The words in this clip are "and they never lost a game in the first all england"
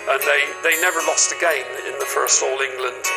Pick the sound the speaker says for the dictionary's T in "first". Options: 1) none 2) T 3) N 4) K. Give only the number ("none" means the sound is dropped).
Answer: 2